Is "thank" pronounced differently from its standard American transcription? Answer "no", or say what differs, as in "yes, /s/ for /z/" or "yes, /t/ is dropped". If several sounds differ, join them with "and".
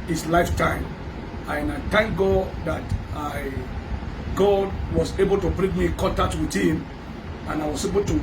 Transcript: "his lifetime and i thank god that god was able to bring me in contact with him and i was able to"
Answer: yes, /t/ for /θ/